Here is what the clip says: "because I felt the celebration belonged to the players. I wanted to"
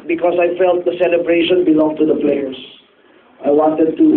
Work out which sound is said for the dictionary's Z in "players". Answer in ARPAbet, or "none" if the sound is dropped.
S